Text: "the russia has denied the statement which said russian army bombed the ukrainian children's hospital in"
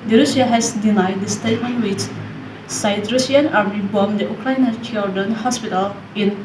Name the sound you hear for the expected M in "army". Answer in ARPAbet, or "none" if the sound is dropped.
none